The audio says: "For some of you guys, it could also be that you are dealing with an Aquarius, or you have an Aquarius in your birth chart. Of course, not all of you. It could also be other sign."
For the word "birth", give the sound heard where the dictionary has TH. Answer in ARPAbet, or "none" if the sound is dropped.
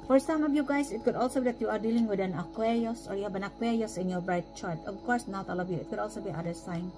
T